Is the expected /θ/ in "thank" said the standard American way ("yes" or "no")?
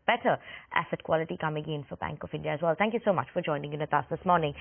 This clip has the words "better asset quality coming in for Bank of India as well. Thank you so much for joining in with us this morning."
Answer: yes